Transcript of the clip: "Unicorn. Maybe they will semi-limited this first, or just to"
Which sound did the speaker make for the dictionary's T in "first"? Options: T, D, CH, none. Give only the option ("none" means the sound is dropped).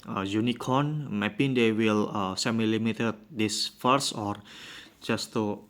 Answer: none